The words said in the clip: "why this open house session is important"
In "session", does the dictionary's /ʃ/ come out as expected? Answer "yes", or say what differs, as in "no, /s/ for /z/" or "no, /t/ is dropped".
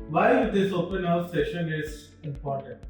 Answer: yes